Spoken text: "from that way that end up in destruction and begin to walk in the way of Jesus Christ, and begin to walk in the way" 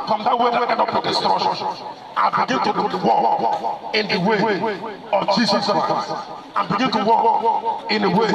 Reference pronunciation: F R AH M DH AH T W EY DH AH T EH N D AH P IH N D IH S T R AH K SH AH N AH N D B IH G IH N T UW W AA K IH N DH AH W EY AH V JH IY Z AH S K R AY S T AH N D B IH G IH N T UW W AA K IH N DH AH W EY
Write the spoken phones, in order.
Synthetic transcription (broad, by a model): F R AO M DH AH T W EY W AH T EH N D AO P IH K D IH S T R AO SH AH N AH B IH G IH N T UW W AA K IH N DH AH W EY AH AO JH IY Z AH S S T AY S AH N B IH G IH N T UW W AA K IH N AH W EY